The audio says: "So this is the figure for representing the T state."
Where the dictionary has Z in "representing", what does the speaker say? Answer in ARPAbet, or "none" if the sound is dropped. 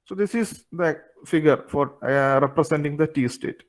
S